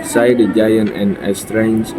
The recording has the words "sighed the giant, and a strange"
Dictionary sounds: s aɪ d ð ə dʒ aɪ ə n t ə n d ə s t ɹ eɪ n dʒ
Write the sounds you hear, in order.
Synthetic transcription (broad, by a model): s aɪ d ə dʒ aɪ ə n t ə n ə s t ɹ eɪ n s